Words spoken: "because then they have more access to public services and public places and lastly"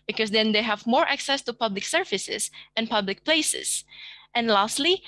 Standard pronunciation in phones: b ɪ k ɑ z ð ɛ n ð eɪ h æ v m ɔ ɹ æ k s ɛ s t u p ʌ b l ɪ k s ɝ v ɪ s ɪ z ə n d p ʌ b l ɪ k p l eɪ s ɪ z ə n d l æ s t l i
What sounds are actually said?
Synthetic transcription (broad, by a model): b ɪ k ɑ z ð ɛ n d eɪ h æ v m ɔ ɹ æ k s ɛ s t u p ʌ b l ɪ k s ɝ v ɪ s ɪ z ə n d p ʌ b l ɪ k p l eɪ s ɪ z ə n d l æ s t l i